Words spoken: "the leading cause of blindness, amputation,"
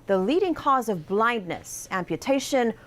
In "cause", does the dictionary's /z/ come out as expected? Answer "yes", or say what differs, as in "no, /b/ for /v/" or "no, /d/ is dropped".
yes